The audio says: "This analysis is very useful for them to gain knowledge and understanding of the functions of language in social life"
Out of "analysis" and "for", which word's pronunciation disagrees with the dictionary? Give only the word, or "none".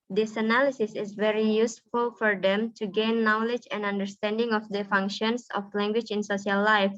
none